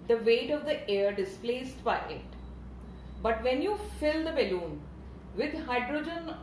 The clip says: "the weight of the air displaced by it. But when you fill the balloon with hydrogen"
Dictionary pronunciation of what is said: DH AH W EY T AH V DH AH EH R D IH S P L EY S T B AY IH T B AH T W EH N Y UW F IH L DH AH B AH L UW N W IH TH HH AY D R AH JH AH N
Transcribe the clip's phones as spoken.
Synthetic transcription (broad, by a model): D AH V EY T AH V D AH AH R D IH S P L EY S T B AY IH T B AH T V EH N Y UW F IH L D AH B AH L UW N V IH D HH AY D R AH JH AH N